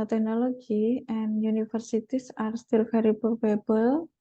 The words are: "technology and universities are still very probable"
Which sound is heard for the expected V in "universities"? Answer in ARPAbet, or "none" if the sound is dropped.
F